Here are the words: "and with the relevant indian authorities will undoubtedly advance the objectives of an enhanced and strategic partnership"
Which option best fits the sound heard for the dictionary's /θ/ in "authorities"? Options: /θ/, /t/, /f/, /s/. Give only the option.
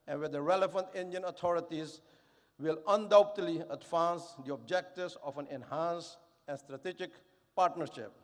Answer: /t/